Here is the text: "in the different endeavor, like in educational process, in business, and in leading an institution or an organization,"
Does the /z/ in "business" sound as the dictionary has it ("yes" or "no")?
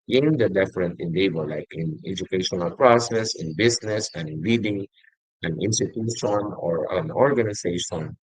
no